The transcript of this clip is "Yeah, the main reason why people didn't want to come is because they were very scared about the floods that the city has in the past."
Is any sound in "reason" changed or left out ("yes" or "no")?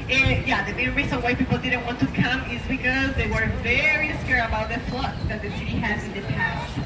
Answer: yes